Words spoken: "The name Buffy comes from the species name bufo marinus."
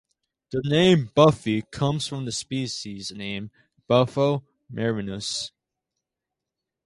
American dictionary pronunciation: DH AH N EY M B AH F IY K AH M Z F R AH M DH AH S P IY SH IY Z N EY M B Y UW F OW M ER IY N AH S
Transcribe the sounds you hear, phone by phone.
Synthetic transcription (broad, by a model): DH AH N EY M B AH F IY K AH M Z F R AH M DH AH S P IY SH IY Z N EY M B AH F OW M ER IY N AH S